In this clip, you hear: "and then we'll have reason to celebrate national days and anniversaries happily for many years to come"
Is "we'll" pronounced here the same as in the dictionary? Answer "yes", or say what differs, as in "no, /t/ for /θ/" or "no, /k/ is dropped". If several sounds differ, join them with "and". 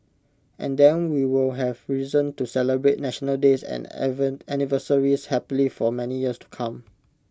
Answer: yes